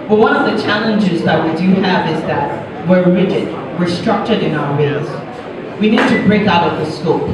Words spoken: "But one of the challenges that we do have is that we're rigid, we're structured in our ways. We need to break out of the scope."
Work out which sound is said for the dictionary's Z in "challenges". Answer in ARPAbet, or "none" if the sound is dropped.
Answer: Z